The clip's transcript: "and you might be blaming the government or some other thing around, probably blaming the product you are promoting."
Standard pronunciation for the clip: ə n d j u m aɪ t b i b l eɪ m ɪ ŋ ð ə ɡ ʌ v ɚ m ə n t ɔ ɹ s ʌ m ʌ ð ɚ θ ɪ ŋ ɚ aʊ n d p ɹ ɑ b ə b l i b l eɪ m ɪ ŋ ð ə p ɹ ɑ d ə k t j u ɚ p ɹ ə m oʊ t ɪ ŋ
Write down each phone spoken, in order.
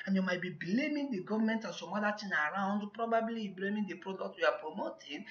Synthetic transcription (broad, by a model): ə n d j u m aɪ t b i b l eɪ m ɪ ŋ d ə ɡ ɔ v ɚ m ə n t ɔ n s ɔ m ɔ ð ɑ t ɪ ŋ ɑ aʊ n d p ɹ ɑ b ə b l i b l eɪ m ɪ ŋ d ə p ɹ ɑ d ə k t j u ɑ p ɹ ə m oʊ t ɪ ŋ